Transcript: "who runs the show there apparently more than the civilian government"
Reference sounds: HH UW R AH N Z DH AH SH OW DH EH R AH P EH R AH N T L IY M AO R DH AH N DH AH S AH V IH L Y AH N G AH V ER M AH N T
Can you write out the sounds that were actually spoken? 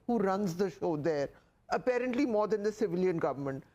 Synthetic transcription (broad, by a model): HH UW R AH N Z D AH SH OW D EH R AH P EH R AH N T L IY M AO R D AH N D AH S AH V IH L Y AH N G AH V ER M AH N T